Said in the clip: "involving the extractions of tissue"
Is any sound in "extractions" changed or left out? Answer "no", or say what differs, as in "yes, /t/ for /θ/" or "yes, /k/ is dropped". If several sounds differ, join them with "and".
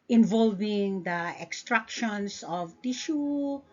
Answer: yes, /s/ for /z/